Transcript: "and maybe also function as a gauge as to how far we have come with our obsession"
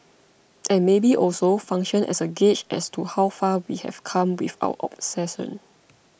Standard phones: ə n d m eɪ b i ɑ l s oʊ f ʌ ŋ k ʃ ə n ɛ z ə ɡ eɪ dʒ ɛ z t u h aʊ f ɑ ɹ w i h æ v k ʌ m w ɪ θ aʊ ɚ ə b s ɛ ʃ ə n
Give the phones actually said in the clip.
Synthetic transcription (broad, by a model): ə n m eɪ b i ɑ l s oʊ f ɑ ŋ k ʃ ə n ɛ s ə ɡ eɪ tʃ ɛ s t u h aʊ f ɑ w i h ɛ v k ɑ m w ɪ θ aʊ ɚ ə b s ɛ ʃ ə n